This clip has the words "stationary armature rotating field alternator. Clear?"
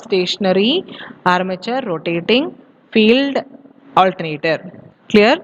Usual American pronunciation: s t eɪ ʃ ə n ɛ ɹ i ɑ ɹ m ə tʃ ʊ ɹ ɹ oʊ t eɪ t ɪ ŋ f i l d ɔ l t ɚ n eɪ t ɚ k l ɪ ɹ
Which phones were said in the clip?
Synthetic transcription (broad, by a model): s t eɪ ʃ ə n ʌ ɹ i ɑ ɹ m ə tʃ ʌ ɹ ɹ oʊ t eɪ t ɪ ŋ f i l d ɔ l t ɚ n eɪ t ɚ k l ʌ ɹ